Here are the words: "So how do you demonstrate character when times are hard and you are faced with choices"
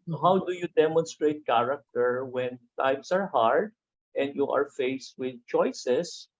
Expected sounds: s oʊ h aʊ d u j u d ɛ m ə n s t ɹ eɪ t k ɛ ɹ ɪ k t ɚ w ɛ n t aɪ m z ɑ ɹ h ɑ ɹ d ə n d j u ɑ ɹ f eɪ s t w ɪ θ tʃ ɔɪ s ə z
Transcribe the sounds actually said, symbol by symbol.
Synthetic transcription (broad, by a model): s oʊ h aʊ d u j u d ɛ m ə n s t ɹ eɪ t k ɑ ɹ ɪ k t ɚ w ɛ n t aɪ m s ɑ ɹ h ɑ ɹ d ə n d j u ɑ ɹ f eɪ s t w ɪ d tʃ ɔɪ s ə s